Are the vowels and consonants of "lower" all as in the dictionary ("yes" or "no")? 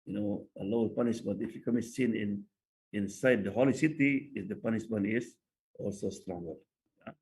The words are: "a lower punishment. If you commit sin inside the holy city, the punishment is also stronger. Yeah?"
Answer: no